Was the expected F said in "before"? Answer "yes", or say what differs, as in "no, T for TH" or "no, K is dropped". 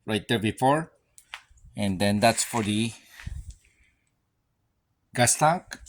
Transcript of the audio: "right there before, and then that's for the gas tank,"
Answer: yes